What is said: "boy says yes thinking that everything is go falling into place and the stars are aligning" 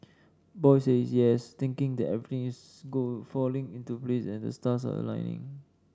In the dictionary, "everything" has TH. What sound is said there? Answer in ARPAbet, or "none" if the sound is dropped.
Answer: T